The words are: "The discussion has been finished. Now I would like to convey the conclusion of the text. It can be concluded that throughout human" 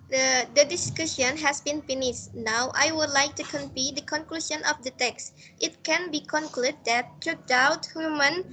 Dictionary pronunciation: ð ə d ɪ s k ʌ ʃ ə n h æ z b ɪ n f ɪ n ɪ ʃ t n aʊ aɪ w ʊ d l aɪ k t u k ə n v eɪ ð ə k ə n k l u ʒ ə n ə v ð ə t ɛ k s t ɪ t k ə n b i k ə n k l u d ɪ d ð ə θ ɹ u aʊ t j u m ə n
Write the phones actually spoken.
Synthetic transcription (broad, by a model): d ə d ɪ s k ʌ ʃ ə n h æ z b ɪ n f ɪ n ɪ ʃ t n aʊ aɪ w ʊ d l aɪ k t u k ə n p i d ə k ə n k l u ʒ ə n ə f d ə t ɛ k s t ɪ t k ə n b i k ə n k l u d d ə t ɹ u aʊ t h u m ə n